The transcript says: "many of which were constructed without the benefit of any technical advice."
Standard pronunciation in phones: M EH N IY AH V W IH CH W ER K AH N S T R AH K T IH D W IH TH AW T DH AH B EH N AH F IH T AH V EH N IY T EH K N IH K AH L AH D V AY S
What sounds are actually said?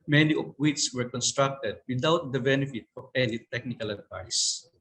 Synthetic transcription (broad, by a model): M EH N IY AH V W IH S W ER K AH N S T R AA K T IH D W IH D AW T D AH B EH N AH F IH T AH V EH L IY T EH K N IH K AH L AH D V AY S